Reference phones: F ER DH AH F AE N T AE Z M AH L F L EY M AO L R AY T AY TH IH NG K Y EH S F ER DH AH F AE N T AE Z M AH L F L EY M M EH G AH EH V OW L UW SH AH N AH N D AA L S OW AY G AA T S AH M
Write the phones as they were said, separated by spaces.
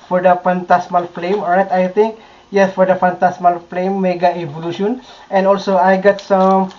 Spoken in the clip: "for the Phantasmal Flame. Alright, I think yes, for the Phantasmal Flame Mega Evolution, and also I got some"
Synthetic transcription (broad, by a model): F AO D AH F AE N T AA S M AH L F L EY M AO R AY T AY T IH NG K Y EH S F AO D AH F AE N T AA S M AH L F L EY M M EH G AH EH V OW L UW SH AH N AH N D AA L S OW AY G AA T S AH M